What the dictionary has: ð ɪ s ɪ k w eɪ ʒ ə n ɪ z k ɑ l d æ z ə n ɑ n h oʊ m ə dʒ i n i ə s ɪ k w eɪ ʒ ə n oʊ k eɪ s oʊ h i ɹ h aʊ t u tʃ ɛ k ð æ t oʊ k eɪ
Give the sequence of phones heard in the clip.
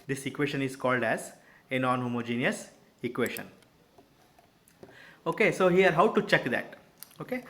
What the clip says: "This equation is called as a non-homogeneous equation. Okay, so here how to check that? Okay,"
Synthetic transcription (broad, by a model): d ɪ s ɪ k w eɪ ʃ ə n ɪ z k ɑ l d æ z ə n ɑ n h oʊ m ə dʒ i n i ə s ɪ k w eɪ ʃ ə n oʊ k eɪ s oʊ h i ɹ h aʊ t u tʃ ɛ k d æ t oʊ k eɪ